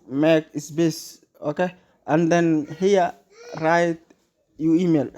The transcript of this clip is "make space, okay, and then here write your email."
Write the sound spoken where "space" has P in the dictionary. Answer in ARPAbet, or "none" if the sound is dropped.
B